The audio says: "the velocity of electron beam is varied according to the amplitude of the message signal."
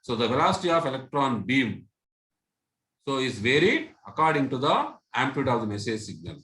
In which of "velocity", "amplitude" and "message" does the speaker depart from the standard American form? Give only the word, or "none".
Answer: amplitude